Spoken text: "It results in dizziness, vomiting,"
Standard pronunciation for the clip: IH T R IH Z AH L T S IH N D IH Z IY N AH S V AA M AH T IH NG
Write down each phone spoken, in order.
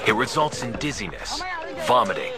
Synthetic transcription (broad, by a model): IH T R IH Z AH L T S IH N D IH Z IY N AH S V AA M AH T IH